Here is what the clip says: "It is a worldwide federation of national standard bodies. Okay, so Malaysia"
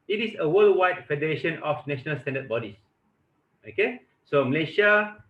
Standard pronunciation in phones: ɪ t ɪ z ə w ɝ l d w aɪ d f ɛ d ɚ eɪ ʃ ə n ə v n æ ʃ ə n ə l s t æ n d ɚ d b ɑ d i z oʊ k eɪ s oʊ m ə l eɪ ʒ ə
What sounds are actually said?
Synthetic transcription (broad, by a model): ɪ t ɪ s ə w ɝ l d w aɪ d f ɛ d ɚ eɪ ʃ ə n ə f n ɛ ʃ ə n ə l s t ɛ n d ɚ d b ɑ d i s oʊ k eɪ s oʊ m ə l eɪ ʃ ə